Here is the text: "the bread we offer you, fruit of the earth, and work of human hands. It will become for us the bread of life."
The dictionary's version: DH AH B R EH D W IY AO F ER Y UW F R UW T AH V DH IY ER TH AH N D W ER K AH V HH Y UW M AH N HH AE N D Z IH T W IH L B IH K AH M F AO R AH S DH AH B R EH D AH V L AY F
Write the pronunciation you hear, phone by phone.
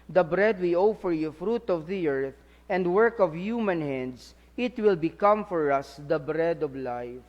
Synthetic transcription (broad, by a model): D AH B R EH D W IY AO F ER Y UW F R UW T AH V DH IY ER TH AH N D W ER K AH V HH Y UW M AH N HH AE N D S IH T W IH L B IH K AH M F AO R AH S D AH B R EH D AH V L AY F